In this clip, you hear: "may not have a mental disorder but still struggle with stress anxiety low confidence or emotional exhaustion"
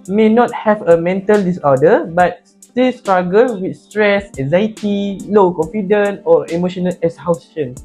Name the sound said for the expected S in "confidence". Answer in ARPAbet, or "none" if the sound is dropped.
none